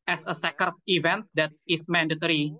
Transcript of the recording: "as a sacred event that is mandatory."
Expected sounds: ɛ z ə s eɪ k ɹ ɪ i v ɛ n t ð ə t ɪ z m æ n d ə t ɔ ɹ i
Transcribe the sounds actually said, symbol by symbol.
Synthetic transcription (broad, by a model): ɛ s ə s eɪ k ɪ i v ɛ n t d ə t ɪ s m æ n d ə t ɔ ɹ i